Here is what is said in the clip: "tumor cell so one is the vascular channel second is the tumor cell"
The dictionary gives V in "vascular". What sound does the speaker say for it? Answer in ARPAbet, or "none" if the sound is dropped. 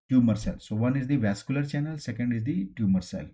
V